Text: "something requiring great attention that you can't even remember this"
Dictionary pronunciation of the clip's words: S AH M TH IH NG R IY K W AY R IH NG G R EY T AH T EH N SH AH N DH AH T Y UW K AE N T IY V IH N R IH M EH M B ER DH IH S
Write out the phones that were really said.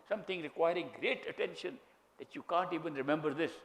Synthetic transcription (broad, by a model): S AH M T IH NG R IY K W AY R IH NG G R EY T AH T EH N SH AH N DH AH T Y UW K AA N T IY V IH N R IH M EH M B ER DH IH S